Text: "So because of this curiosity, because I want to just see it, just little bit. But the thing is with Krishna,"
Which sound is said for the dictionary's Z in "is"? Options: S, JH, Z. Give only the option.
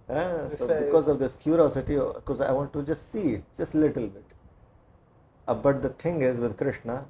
Z